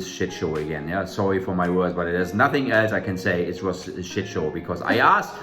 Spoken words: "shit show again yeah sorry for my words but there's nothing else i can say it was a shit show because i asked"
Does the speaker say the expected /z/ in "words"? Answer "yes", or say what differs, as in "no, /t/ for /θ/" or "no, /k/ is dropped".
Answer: yes